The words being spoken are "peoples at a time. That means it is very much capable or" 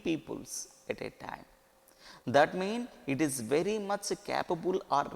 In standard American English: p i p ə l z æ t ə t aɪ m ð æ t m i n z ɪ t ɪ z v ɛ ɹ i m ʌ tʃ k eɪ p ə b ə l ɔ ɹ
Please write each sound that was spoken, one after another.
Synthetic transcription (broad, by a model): p i p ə l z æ t ə t aɪ m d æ t m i n ɪ t ɪ z v ɛ ɹ i m ʌ tʃ k eɪ p ə b ə l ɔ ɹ